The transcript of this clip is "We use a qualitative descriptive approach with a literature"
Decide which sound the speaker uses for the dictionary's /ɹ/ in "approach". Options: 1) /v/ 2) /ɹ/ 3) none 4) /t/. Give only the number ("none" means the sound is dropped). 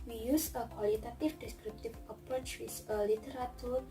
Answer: 3